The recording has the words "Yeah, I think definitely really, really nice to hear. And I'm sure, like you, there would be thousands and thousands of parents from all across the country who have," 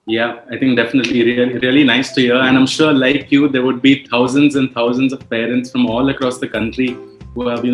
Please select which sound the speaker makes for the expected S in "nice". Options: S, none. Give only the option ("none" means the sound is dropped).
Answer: S